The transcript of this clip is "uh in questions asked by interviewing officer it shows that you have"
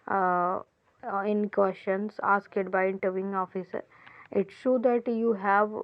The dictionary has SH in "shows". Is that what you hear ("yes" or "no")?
no